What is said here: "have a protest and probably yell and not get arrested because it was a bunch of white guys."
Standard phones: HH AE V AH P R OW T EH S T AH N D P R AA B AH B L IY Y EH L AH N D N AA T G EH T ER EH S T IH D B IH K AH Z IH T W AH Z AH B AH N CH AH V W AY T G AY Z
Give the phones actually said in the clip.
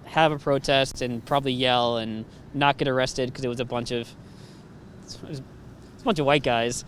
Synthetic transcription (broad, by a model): HH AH V AH P R OW T EH S T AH N P R AA B AH B L IY Y EH L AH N N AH T G EH T ER EH S T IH D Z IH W AH Z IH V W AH S AH B AH N CH AH V W AY T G AY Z